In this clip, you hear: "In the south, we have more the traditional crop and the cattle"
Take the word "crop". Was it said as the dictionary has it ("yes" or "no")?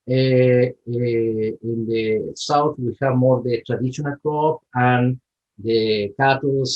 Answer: no